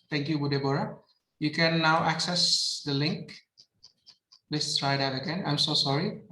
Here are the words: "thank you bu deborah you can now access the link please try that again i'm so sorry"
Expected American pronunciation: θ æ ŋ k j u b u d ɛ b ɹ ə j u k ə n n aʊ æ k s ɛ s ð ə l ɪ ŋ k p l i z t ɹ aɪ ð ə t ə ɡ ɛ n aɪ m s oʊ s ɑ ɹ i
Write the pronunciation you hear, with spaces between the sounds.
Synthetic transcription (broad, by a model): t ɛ ŋ k j u b u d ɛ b ɹ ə j u k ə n n aʊ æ k s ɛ s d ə l ɪ ŋ k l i s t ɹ aɪ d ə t ə ɡ ɛ n aɪ m s oʊ s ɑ ɹ i